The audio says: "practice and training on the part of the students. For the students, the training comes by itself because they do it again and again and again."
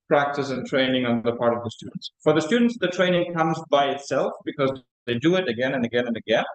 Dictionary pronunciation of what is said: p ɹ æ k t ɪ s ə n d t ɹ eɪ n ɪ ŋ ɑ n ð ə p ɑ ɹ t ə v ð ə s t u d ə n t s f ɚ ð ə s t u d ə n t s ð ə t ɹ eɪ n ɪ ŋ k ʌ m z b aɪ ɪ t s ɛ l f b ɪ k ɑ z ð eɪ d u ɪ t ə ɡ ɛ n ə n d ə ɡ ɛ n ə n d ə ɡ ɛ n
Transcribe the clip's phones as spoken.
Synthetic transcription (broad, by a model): p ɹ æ k t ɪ s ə n t ɹ eɪ n ɪ ŋ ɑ n ð ə p ɑ ɹ t ə v ð ə s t u d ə n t s f ɚ ð ə s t u d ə n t s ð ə t ɹ eɪ n ɪ ŋ k ʌ m z b aɪ ɪ t s ɛ l f b ɪ k ɑ z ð eɪ d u ɪ t ə ɡ ɛ n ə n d ə ɡ ɛ n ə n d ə ɡ ɛ n